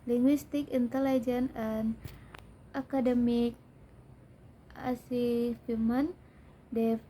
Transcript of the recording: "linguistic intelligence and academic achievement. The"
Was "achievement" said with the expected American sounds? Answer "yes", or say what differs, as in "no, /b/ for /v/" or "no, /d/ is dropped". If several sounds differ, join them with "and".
no, /s/ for /tʃ/ and /f/ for /v/